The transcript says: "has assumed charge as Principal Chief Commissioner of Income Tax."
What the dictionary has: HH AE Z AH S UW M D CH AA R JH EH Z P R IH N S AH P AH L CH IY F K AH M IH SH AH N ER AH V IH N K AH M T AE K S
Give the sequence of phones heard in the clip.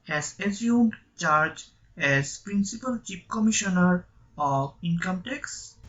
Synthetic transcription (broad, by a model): HH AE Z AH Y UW M D CH AA R JH EH Z P R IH N S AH P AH L CH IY P K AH M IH SH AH N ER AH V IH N K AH M T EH K S